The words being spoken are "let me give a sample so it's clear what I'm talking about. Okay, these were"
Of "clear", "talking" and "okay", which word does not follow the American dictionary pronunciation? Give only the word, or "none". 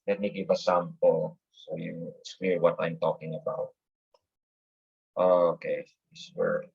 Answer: clear